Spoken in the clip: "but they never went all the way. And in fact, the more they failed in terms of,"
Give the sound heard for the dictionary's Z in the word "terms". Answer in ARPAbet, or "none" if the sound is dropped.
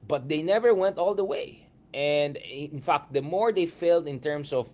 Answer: S